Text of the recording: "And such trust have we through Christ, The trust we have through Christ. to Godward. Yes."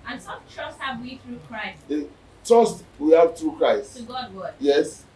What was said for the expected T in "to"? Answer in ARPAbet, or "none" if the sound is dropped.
S